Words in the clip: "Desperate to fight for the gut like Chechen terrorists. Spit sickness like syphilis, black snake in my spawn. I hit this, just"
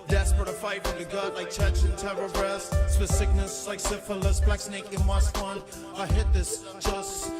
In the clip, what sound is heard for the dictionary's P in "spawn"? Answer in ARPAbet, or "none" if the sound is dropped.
none